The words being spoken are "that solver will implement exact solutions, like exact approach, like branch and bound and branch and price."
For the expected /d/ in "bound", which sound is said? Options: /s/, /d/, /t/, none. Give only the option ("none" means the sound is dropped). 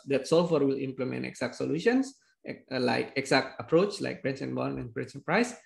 none